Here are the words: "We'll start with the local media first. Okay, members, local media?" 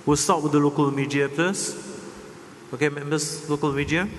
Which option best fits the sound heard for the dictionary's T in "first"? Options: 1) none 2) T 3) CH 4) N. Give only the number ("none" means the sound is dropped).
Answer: 1